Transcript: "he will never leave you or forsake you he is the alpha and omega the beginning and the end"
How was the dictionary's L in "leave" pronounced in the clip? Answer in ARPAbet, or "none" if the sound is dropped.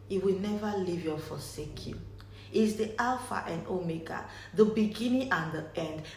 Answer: L